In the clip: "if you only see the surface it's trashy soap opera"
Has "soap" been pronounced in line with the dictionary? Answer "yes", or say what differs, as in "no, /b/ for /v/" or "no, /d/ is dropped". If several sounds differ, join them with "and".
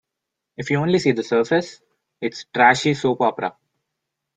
yes